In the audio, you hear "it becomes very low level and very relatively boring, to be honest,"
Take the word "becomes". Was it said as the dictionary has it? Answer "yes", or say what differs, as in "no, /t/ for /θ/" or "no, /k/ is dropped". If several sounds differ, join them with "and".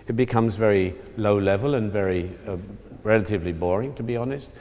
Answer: yes